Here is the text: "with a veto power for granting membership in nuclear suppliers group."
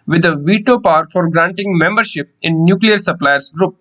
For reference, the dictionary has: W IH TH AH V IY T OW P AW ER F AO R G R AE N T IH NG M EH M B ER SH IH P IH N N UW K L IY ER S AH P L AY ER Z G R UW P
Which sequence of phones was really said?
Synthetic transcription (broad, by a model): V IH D AH V IY T OW P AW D F AO R G R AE N T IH NG M EH M B ER SH IH P IH N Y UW K L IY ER S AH P L AY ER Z G R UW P